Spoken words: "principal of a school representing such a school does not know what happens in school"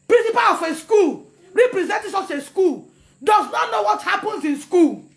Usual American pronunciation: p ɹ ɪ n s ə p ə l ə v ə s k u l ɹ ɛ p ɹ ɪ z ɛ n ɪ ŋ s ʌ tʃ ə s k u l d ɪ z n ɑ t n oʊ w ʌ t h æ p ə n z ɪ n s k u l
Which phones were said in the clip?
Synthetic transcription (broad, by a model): p ɹ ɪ n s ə p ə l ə f ə s k u l ɹ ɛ p ɹ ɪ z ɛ n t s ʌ s ə s k u l d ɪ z n ɑ t n oʊ w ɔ t h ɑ p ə n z ɪ n s k u l